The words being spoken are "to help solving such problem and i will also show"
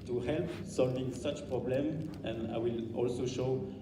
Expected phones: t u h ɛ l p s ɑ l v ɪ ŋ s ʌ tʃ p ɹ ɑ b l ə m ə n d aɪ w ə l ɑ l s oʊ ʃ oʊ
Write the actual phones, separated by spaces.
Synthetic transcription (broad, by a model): t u h ɛ l p s ɑ l v ɪ ŋ s ʌ tʃ p ɹ ɑ b l ə m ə n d aɪ w ə l ɑ l s oʊ ʃ oʊ